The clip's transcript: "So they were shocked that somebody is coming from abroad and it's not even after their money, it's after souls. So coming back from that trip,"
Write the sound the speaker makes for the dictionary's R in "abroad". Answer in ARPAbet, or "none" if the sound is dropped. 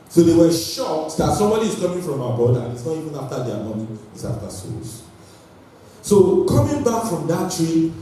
none